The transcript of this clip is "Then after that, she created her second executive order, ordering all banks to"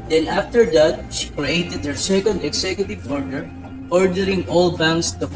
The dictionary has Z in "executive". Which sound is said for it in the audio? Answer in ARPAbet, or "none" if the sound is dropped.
S